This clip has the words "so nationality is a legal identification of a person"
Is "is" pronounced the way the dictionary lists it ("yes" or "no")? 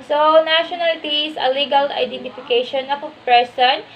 no